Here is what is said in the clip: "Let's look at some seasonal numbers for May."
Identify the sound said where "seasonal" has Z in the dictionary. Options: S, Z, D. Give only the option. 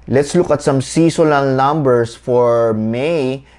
S